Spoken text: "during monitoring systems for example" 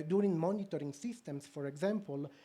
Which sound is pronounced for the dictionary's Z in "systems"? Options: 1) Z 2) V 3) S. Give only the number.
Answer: 3